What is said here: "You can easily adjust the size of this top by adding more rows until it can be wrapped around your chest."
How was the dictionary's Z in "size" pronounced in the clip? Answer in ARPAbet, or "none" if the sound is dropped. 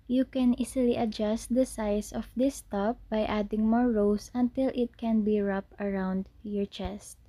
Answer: S